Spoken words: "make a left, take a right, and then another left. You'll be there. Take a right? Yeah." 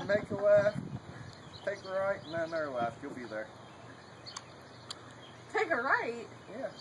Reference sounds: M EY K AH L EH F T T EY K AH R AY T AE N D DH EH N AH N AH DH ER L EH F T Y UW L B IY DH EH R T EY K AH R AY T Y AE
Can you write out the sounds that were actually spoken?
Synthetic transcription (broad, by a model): M EY K AH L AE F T T EY K AH R AY T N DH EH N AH AH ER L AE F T Y UW L B IY DH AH R T EY K AH R AY T Y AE